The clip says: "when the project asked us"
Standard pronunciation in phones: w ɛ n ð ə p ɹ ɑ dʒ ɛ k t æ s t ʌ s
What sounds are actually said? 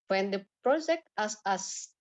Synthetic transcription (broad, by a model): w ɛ n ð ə p ɹ ɑ dʒ ɛ k t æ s ʌ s